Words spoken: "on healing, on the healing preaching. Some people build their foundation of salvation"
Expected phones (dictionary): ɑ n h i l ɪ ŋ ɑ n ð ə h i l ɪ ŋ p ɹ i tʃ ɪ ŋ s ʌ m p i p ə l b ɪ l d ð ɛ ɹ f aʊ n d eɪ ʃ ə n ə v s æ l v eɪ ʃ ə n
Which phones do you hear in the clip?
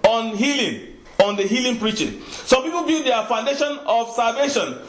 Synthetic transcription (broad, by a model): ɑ n h i l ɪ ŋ ɑ n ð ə h i l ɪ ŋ p ɹ i tʃ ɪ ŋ s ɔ m p i p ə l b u d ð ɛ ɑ f aʊ n d eɪ ʃ ə n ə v s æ l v eɪ ʃ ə n